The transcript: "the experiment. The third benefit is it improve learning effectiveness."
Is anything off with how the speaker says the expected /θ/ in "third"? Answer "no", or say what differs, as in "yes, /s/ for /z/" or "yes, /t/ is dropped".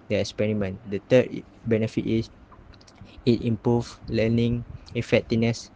yes, /t/ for /θ/